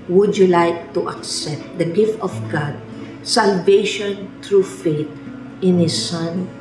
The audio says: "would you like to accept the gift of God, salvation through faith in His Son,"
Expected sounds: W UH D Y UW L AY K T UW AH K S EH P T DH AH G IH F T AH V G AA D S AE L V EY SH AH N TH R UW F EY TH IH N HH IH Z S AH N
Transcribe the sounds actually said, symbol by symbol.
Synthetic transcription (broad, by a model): W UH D Y UW L AY K T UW AH K S EH P T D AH G IH F T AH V G AA D S AE L V EY SH AH N T R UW F EY T IH N HH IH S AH N